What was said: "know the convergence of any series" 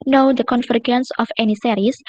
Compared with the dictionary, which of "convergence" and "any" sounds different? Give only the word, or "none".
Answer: convergence